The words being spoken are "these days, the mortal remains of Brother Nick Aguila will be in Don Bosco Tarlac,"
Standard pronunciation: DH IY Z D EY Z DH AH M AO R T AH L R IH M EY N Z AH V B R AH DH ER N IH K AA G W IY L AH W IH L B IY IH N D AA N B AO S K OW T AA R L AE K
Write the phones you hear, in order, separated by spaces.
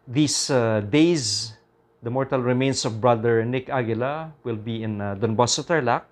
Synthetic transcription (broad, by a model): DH IY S D EY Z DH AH M AO R T AH L R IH M EY N S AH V B R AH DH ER N IH K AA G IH L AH W IH L B IY IH N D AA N B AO S OW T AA R L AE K